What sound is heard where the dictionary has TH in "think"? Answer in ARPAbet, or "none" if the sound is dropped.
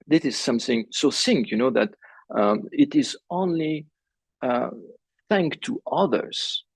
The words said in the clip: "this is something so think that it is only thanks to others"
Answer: S